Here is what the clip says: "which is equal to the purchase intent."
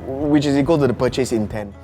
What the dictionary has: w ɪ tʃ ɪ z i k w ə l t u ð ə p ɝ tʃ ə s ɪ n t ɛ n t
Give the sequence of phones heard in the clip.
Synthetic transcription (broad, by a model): w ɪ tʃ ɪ s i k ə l t u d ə p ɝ tʃ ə s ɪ n t ɛ n